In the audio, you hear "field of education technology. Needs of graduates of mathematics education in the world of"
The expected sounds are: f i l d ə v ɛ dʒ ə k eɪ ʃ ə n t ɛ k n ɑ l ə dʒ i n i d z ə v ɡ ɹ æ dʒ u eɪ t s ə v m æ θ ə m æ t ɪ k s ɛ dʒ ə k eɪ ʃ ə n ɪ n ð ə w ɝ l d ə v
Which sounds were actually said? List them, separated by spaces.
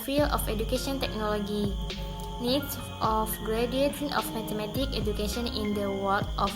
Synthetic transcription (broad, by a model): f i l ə f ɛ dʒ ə k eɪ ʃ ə n t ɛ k n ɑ l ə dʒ i n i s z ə f ɡ ɹ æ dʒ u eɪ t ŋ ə f m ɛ t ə m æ t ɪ k ɛ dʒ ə k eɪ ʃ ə n ɪ n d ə w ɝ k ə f